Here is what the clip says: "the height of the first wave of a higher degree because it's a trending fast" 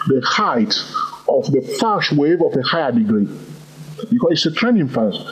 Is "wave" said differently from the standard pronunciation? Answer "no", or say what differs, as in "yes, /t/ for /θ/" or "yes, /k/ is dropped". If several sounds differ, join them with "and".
no